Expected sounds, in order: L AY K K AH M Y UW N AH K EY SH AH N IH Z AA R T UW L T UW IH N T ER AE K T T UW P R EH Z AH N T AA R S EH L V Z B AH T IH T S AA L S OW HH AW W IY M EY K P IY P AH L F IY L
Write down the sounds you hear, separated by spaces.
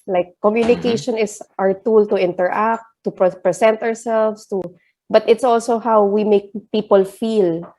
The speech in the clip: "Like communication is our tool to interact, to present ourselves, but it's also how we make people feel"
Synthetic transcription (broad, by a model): L AY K K AH M Y UW N AH K EY SH AH N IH S AA R T UW L T UW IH N T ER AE K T T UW P R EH S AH N T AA R S EH L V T B AH T IH T S AA L S OW HH AW W IY M EY K P IY P AH L F IY L